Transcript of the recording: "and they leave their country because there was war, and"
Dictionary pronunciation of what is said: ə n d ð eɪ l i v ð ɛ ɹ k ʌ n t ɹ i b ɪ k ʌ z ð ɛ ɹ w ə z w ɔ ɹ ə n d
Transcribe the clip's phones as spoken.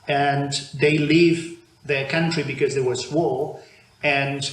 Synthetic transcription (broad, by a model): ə n ð eɪ l i v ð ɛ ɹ k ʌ n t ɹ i b ɪ k ʌ z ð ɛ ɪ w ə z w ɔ l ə n